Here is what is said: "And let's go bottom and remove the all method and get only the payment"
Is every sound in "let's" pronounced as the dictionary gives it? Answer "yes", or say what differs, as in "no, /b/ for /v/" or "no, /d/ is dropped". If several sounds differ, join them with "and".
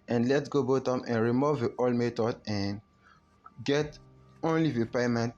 no, /s/ is dropped